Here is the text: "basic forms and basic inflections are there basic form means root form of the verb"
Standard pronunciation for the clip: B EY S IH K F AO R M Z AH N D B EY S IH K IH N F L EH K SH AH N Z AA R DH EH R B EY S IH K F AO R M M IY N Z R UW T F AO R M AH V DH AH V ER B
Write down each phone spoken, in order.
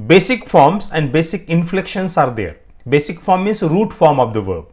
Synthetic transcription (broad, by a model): B EY S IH K F AO R M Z AH N D B EY S IH K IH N F L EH K SH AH N S AA R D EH R B EY S IH K F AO R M M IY Z R UW T F AO R M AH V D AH V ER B